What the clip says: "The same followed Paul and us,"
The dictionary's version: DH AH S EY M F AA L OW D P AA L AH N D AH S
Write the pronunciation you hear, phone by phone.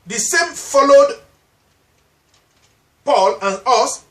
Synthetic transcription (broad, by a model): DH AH S EY M F AA L OW D P AA L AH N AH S